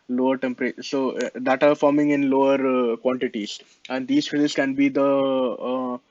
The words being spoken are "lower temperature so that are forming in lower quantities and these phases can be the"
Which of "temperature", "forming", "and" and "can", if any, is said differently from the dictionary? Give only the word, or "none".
temperature